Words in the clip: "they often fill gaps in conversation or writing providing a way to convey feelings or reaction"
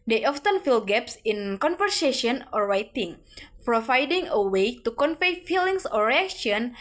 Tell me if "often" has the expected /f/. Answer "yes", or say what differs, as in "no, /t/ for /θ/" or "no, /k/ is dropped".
yes